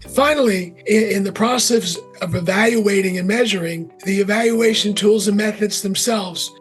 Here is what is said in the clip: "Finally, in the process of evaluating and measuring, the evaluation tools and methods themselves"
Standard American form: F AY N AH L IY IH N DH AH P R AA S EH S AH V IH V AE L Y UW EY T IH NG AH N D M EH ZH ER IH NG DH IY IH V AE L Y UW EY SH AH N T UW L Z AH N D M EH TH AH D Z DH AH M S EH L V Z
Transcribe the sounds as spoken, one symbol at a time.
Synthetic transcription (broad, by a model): F AY N L IY IH N DH AH P R AA S EH S AH V IH V AE L Y UW EY T IH NG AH N M EH ZH ER IH NG DH IY IH V AE L Y UW EY SH AH N T UW L Z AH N M EH TH AH D Z DH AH M S EH L V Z